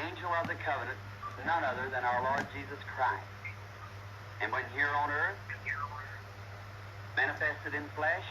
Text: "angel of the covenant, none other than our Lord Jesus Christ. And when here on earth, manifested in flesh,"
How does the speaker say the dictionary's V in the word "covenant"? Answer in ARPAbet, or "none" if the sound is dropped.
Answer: V